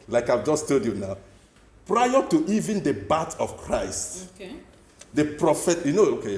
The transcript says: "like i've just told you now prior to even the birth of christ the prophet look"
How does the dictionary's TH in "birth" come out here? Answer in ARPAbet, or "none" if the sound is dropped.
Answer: T